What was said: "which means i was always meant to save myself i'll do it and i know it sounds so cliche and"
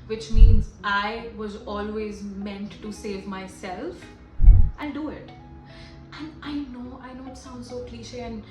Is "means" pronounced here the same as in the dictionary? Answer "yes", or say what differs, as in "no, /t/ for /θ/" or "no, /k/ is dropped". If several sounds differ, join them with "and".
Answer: yes